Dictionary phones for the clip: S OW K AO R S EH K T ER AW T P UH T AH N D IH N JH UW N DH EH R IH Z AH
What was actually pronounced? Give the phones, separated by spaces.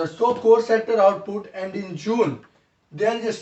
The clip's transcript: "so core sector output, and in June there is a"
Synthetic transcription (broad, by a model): S OW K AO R S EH T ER AW T P UH T AH N D IH N JH UW N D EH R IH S